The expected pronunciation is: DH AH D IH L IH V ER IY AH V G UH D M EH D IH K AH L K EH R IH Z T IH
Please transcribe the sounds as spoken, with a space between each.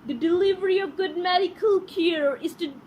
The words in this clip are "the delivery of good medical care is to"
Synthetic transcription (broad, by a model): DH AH D IH L IH V ER IY AH V G UH D M EH D IH K AH L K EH R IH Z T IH